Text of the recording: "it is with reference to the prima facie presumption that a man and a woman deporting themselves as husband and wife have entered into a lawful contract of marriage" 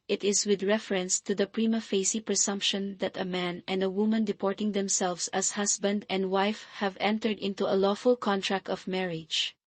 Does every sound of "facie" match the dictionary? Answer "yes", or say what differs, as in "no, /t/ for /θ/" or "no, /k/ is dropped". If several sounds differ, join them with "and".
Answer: yes